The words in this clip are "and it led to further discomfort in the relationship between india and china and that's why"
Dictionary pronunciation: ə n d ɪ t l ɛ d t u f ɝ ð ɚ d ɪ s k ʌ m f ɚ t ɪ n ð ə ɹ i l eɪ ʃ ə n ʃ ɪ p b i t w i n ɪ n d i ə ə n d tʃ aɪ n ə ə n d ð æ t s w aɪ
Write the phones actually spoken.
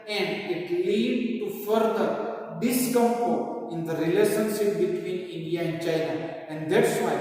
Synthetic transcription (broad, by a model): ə n d ɪ t l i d t u f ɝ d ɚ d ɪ s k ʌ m p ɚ ɪ n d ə ɹ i l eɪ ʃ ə n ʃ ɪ p b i t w i n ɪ n d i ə ə n d tʃ aɪ n ə ə n d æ t s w aɪ